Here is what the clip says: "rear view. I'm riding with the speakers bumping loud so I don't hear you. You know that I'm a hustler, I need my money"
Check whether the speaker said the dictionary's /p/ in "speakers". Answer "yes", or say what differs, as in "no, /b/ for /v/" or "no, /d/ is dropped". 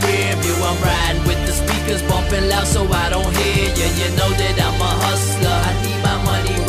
yes